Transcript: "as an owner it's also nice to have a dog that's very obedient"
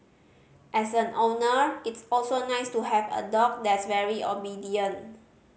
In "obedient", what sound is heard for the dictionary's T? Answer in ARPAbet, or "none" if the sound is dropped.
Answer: none